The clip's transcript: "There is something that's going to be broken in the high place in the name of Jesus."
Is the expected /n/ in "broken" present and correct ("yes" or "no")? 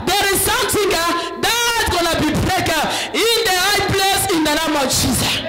no